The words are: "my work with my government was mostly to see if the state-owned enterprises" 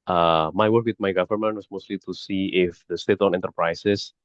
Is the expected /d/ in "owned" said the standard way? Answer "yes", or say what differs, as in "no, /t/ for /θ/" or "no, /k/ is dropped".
no, /d/ is dropped